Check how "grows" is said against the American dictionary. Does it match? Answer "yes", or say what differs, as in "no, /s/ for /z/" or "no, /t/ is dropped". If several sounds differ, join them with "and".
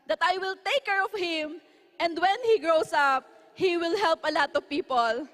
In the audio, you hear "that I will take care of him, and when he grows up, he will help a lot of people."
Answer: no, /s/ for /z/